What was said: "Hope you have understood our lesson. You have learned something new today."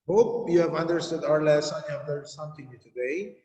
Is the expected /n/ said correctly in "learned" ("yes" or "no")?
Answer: no